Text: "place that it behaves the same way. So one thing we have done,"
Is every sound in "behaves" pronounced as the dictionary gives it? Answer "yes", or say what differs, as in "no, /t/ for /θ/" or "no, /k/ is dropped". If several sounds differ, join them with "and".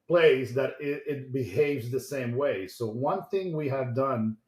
yes